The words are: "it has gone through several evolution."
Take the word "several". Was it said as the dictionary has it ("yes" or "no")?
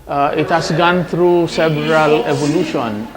no